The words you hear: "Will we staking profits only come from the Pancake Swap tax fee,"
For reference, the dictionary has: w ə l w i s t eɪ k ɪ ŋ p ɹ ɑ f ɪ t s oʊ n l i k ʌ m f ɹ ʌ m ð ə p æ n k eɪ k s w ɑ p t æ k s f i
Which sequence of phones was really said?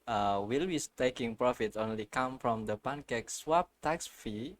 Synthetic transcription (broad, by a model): w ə l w i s t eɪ k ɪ ŋ p ɹ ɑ f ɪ t oʊ n l i k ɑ m f ɹ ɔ m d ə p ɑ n k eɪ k s w ɑ p t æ k s f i